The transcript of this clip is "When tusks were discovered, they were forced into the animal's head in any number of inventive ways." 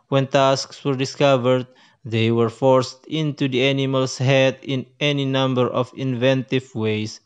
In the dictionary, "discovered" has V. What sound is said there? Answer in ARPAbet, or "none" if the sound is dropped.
V